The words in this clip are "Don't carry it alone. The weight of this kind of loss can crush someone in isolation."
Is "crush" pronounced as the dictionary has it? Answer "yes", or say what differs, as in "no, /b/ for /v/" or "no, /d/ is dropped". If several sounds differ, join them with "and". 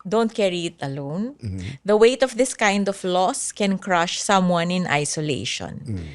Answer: yes